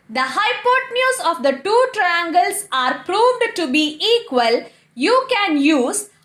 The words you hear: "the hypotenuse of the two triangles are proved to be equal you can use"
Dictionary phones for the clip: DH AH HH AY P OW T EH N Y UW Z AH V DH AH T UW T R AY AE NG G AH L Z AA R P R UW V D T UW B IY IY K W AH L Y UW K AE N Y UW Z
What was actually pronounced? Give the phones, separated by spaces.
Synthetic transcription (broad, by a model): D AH HH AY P OW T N Y UW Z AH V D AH T UW T R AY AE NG G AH L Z AA R P R UW V D T UW B IY IY K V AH L Y UW K AE N Y UW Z